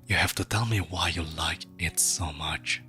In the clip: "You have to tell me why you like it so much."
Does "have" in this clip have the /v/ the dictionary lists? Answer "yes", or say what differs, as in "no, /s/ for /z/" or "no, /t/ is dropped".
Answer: no, /f/ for /v/